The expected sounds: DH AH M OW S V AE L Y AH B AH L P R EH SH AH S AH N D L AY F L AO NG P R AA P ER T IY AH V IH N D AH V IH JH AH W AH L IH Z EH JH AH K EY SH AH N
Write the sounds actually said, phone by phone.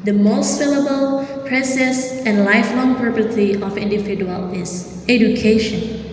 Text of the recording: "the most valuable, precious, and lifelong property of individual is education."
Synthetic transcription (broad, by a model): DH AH M OW S F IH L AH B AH L P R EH S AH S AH N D L AY F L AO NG P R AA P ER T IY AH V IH N D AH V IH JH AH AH L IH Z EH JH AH K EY SH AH N